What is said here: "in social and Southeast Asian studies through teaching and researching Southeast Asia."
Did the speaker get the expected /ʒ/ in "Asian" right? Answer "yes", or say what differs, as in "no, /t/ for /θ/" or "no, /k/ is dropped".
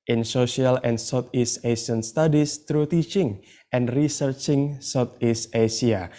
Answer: no, /s/ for /ʒ/